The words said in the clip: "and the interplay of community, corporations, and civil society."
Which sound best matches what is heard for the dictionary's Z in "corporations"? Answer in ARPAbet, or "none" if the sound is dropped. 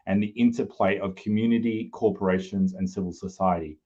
Z